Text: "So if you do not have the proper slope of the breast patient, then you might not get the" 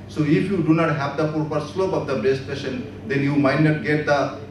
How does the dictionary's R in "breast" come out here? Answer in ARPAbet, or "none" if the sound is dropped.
none